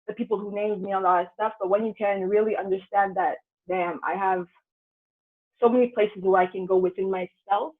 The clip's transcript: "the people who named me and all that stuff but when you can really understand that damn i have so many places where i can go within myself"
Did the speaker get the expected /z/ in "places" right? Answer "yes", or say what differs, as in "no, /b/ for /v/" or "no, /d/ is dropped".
yes